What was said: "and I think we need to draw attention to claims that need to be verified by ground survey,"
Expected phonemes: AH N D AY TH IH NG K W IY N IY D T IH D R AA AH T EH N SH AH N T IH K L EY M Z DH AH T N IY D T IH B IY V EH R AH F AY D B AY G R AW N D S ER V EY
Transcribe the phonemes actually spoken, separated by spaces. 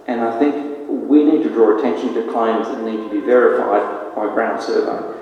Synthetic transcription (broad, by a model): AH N AY TH IH NG K W IY N IY D T IH D R AA AH T EH N SH AH N T IH K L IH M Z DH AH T N IY D T IH B IY V EH R AH F AY D B AY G R AW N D S ER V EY